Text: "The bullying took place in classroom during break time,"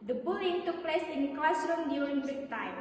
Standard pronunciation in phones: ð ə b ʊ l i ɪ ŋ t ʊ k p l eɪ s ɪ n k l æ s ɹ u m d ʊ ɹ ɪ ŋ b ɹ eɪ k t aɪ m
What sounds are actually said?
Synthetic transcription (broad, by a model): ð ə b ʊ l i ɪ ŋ t ʊ k p l eɪ s ɪ n k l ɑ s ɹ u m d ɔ l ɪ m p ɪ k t aɪ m